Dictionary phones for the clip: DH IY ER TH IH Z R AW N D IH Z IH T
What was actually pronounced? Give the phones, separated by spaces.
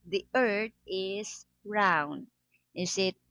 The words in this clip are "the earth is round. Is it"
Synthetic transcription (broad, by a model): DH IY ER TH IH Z R AW N D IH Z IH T